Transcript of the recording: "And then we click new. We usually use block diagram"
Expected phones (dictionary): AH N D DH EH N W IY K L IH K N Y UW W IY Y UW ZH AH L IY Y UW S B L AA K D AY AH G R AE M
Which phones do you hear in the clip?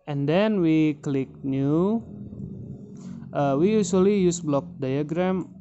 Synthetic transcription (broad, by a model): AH N D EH N W IY K L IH K N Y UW W IY Y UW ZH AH L IY Y UW S B L AA K D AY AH G R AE M